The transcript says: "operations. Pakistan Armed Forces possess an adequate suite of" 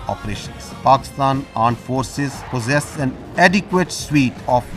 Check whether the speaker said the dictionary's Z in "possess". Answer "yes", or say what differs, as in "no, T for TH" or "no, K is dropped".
yes